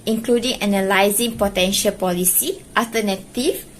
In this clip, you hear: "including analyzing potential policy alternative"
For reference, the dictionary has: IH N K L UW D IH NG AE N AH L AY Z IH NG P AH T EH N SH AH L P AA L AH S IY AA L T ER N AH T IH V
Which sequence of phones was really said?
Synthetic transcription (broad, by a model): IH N K L UW D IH NG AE N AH L AY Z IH NG P AH T EH N SH AH L P AA L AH S IY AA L T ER N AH T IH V